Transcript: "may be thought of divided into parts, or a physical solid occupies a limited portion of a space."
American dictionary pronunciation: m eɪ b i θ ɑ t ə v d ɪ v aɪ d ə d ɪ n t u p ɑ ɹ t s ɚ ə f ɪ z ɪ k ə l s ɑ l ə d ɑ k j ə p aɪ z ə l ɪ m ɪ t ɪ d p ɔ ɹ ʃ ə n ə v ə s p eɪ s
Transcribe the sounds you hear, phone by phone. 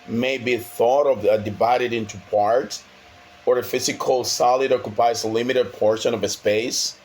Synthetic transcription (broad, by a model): m eɪ b i θ ɑ t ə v d ɪ v aɪ d ə d ɪ n t u p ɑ ɹ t ɚ ə f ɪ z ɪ k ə l s ɑ l ə d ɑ k j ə p aɪ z ə l ɪ m ɪ t ɪ d p ɔ ɹ ʃ ə n ə v ə s p eɪ s